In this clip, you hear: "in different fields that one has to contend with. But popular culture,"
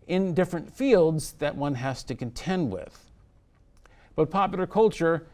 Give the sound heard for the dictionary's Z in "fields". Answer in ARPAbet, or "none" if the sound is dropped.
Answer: Z